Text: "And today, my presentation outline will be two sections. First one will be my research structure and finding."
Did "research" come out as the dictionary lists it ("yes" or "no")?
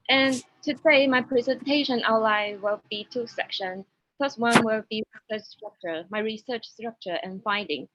yes